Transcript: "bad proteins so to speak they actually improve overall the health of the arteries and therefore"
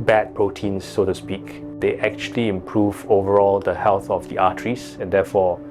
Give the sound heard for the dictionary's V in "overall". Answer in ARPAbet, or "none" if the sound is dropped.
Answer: V